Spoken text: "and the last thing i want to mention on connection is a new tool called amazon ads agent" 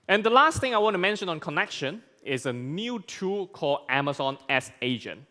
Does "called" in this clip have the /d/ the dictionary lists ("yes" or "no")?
no